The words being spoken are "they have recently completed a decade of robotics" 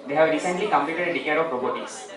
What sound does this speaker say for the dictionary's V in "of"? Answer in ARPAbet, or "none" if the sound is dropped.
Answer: P